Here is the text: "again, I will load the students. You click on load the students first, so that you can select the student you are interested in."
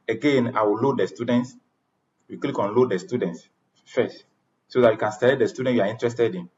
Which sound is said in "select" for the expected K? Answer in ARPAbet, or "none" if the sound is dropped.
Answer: none